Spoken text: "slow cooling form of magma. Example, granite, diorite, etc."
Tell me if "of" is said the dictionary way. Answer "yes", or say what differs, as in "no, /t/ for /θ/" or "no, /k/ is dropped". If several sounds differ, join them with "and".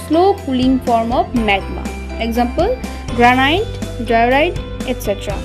no, /p/ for /v/